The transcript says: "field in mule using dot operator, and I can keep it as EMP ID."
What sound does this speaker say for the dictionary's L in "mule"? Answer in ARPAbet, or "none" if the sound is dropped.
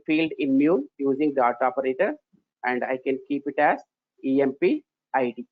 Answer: N